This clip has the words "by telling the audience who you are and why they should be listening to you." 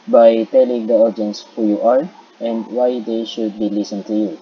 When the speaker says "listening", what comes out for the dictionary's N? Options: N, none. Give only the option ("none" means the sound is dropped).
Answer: none